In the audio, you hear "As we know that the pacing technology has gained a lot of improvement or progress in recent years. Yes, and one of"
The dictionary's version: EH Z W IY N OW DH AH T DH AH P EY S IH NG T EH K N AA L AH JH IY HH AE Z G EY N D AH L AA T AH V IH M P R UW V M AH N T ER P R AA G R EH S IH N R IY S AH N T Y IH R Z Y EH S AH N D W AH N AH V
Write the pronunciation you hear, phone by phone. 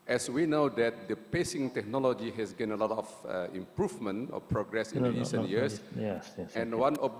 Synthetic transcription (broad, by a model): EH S W IY N OW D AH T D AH P EY S IH NG T EH K N AA L AH JH IY HH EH S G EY N AH L AA T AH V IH M P R UW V M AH N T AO P R AA G R EH S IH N R IY S AH N T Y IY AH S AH N W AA N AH